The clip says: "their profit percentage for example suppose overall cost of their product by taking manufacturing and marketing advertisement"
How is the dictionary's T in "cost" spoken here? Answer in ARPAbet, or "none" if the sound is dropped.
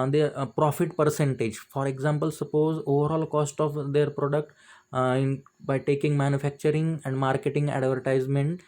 T